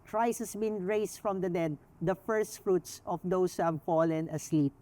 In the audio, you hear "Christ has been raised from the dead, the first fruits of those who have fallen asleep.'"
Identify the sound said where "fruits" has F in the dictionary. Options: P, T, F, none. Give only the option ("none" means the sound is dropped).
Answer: F